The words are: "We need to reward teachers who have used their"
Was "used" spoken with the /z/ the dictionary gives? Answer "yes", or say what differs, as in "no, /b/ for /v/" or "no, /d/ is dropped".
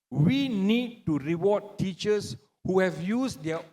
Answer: no, /s/ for /z/